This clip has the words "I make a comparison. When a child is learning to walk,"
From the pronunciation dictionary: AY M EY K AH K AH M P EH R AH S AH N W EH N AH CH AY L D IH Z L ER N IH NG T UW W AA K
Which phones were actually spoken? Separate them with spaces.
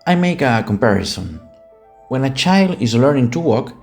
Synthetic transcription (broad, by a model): AY M EY K AH K AH M P EH R AH S AH N W EH N AH CH AY L D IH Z L ER N IH NG T UW W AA K